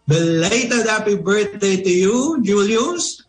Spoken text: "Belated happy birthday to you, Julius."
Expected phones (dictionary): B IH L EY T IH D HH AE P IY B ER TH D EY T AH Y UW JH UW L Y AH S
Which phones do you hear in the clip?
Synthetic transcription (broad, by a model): B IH L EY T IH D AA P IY B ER T D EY T AH Y UW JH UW L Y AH S